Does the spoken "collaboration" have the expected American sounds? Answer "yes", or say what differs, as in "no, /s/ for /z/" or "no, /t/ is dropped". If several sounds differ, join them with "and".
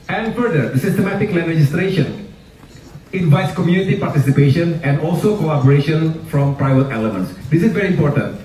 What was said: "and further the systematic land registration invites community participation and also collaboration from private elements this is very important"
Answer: no, /l/ is dropped